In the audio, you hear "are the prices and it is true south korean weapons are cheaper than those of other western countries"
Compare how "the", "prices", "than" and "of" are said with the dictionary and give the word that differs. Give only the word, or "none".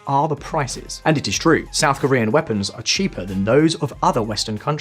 none